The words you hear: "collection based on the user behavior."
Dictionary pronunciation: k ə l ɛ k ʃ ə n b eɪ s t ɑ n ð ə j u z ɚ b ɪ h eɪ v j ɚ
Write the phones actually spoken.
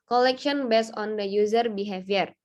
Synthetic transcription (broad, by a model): k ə l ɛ k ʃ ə n b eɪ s ɑ n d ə j u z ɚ b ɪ h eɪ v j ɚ